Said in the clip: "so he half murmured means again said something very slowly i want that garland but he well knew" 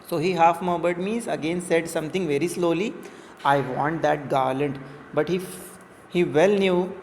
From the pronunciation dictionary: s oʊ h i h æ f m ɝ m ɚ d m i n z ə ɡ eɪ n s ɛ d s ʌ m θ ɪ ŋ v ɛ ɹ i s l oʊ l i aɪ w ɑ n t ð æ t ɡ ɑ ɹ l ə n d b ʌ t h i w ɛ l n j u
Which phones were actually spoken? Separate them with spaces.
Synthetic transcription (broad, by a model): s oʊ h i h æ f m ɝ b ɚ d m i z ə ɡ eɪ n s ɛ d s ʌ m t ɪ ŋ v ɛ ɹ i s l oʊ l i aɪ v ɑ n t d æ t ɡ ɑ ɹ l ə n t b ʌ t h i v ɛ l n j u